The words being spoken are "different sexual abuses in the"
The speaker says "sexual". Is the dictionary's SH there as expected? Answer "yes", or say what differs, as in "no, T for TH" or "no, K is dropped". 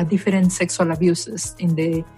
no, S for SH